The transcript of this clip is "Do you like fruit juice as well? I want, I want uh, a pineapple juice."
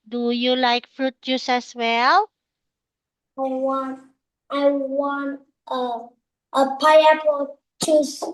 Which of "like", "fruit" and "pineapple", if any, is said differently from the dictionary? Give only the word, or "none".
pineapple